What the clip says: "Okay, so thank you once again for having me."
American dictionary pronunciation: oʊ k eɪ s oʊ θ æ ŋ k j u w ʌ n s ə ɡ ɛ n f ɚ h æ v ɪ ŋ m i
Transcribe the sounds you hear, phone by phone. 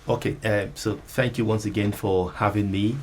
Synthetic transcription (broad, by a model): oʊ k eɪ s oʊ θ æ ŋ k j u w ʌ n s ə ɡ ɛ n f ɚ h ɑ v ɪ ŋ m i